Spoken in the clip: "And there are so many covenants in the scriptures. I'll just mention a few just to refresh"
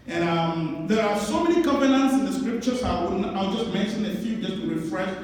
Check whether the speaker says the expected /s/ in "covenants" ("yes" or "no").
yes